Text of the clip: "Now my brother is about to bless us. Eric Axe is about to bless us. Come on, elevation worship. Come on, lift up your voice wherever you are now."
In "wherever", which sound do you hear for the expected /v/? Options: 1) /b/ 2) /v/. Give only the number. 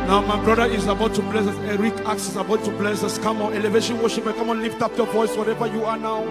2